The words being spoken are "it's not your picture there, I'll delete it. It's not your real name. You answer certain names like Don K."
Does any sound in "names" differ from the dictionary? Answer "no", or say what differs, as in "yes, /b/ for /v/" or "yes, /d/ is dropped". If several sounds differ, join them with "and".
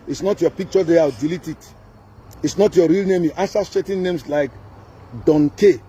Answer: yes, /s/ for /z/